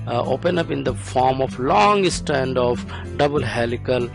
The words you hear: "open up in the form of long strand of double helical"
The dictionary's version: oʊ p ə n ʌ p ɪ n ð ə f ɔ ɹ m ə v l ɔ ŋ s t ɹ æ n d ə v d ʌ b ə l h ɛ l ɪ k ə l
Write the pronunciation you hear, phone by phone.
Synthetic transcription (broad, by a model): oʊ p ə n ʌ p ɪ n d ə f ɔ ɹ m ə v l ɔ ŋ s t æ n d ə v d ʌ b ə l h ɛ l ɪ k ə l